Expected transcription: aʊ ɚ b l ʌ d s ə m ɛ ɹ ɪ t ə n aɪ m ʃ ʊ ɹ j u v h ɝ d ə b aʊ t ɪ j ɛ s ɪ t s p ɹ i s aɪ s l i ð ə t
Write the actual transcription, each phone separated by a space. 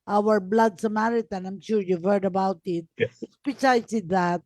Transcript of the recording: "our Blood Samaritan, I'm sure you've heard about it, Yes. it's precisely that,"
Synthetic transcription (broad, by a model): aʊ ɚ b l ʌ d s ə m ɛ ɹ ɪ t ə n aɪ m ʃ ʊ ɹ j u v h ɝ d ə b aʊ t ɪ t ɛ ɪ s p i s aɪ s i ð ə t